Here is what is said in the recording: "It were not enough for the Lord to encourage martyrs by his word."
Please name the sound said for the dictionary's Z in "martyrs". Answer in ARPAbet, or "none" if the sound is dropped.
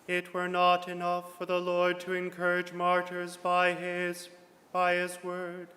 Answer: Z